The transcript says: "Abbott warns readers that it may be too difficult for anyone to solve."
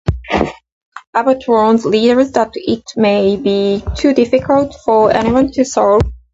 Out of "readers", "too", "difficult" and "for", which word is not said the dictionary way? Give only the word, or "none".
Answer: readers